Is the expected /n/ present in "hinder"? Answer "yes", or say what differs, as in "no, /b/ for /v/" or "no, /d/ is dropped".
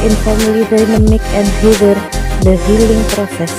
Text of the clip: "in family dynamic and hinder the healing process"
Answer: no, /n/ is dropped